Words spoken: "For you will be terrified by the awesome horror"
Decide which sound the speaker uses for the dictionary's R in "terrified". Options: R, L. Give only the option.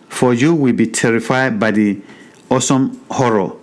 R